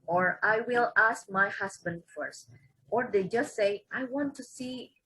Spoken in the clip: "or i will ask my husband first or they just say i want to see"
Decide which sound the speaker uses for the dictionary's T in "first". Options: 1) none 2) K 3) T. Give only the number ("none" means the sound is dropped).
3